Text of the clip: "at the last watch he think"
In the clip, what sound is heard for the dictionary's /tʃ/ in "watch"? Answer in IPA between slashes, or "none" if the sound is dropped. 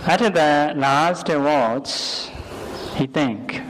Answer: /s/